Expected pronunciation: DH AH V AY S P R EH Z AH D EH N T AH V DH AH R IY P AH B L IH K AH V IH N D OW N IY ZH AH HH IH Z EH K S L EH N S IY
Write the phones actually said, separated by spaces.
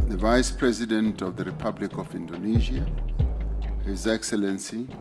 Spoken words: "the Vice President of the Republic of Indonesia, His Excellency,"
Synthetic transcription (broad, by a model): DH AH V AY S P R EH Z AH D EH N T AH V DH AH R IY P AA B L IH K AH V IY N D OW N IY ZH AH HH IH Z EH K S L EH N S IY